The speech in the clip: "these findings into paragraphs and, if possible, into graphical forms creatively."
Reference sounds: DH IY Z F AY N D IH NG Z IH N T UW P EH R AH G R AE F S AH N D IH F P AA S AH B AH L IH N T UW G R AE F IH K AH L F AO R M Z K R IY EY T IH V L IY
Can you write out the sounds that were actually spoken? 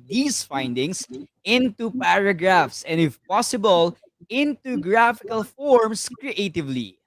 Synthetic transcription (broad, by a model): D IY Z F AY N D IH NG S IH N T UW P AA R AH G R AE F S AH N D IH F P AA S AH B AH L IH N T UW G R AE F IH K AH L F AO R M S K R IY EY T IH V L IY